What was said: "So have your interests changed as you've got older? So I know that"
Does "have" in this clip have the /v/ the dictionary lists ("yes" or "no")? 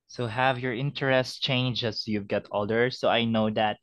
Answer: yes